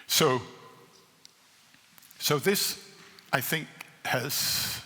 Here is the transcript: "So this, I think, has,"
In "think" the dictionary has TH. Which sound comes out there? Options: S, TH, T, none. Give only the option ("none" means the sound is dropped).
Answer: TH